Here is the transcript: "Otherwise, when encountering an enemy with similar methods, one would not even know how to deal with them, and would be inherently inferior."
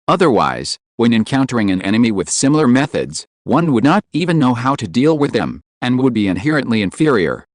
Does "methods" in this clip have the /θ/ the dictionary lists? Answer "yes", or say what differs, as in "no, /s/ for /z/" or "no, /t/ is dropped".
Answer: yes